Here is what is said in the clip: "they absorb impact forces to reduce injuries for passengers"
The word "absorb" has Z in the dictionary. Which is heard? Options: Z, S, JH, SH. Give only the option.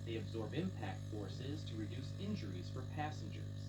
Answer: Z